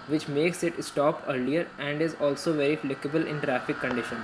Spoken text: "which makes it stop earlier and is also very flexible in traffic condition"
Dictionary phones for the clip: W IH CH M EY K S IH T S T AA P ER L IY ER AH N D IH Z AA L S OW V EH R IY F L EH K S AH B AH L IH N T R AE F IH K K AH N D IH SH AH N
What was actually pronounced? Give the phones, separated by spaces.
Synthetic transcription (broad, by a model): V IH CH M EY K S IH T S T AA P ER L IY ER AH N D IH Z AA L S OW V EH R IY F L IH K AH B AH L IH N T R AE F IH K K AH N D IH SH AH N